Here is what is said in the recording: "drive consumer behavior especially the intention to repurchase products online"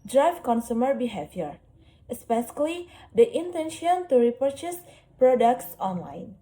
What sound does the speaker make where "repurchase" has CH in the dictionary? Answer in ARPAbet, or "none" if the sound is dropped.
CH